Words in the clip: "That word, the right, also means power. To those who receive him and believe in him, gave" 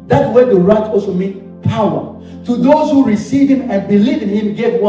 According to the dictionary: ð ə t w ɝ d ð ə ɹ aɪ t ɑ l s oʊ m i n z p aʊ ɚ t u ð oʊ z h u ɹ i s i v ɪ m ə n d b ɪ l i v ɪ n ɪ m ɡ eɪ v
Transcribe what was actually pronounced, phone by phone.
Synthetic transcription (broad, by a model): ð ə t w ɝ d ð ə ɹ aɪ t ɑ l s oʊ m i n p aʊ ɚ t u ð oʊ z h u ɹ i s i v ɪ m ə n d b ɪ l i v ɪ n ɪ m ɡ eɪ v